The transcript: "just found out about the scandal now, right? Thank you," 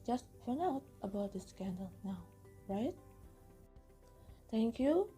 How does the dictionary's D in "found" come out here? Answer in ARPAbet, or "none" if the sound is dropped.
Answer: none